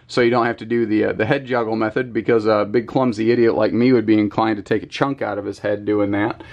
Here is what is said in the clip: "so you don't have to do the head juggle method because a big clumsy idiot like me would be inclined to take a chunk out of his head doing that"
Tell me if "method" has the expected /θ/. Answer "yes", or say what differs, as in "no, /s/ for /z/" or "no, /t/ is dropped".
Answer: yes